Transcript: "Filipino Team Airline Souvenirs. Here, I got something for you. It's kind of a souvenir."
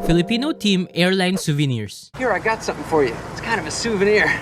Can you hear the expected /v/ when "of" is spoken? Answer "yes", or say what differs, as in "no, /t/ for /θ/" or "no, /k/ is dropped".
yes